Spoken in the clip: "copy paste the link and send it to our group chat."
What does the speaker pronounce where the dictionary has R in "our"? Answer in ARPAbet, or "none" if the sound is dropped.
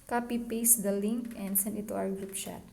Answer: W